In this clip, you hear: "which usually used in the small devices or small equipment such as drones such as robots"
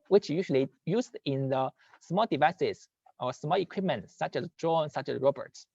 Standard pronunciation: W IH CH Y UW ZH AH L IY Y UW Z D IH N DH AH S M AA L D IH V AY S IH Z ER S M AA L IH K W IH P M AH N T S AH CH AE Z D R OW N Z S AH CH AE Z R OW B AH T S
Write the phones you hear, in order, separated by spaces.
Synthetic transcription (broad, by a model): W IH CH Y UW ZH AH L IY Y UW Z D IH N DH AH S M AA L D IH V AY S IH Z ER S M AA L IH K W IH P M AH N T S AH CH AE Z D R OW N S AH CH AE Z R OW B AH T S